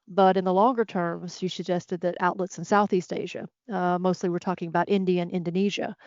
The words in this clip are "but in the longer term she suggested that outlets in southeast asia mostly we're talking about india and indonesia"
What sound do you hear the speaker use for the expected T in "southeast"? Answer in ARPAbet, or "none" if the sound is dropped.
T